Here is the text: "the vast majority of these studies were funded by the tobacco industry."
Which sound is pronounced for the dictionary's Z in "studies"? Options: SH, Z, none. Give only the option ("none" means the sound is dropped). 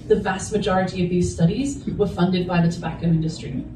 Z